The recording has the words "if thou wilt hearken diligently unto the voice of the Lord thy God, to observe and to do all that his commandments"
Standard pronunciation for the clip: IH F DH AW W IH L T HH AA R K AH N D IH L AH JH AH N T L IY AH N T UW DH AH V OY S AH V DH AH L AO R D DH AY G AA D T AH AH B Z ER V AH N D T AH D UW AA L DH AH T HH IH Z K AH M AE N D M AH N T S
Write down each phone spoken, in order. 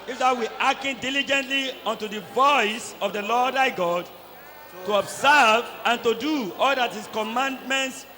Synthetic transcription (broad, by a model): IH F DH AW W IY T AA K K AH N D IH L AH JH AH N T L IY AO N T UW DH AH V OY S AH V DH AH L AO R D AY G AA D T AH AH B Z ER V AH N T AH D UW AA L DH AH T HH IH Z K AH M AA N D M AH N T S